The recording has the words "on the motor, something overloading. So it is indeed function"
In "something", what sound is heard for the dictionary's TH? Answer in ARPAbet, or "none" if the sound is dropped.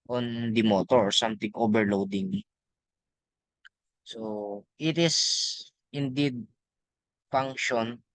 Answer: T